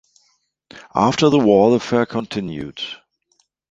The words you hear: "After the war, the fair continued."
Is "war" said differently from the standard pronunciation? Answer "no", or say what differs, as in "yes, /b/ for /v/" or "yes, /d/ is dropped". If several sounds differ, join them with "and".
yes, /l/ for /ɹ/